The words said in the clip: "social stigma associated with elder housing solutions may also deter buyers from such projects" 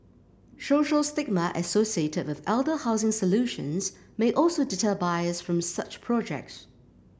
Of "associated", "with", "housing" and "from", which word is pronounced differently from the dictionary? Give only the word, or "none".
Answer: none